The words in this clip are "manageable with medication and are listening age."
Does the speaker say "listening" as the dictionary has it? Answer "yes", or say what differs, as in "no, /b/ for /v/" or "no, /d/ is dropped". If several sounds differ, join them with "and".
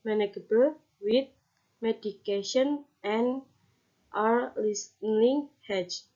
no, /l/ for /n/